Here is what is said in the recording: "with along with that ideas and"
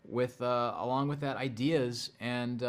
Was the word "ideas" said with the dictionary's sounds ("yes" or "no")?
yes